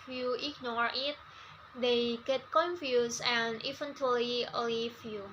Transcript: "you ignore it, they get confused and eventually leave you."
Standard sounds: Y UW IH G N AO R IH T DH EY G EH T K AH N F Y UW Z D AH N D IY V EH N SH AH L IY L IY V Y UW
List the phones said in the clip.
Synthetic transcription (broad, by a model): Y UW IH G N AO R IH T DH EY G EH T K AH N F Y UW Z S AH N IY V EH N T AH L IY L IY F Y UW